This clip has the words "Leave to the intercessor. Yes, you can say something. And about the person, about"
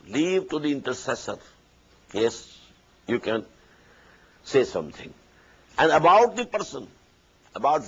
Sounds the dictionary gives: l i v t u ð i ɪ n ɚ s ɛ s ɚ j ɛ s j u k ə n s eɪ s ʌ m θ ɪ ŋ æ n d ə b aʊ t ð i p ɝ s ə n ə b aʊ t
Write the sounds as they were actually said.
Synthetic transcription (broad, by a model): l i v t u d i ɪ n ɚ s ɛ s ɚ j ɛ s j u k ə n s eɪ s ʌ m t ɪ ŋ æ n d ə b aʊ t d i p ɝ s ə n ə b aʊ t